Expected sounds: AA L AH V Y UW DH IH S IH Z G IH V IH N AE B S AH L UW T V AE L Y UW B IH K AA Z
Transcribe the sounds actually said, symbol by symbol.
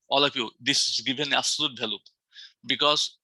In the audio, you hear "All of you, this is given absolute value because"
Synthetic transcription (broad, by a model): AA L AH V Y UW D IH S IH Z G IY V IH N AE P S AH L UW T B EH L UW B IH K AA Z